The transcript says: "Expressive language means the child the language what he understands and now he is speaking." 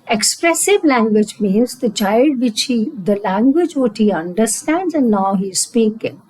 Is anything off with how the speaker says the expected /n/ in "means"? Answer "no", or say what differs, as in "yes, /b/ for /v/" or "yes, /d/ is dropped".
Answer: no